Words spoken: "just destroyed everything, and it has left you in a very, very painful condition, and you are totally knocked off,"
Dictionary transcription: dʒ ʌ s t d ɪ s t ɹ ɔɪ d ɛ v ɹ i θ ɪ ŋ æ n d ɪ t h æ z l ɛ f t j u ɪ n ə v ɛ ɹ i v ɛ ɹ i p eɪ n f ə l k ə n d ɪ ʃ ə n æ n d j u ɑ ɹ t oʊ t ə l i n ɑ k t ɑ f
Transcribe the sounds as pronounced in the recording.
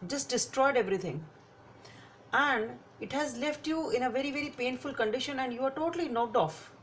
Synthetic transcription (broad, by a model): dʒ ʌ s t d ɪ s t ɹ ɔɪ d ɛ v ɹ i t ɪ ŋ æ n d ɪ t h æ z l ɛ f t j u ɪ n ə v ɛ ɹ i v ɛ ɹ i p eɪ n f ə l k ə n d ɪ ʃ ə n æ n d j u ɑ ɹ t oʊ t ə l i n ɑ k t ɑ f